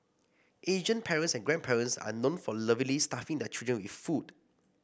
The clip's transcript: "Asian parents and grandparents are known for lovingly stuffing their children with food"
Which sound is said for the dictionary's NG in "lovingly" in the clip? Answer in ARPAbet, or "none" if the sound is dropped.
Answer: none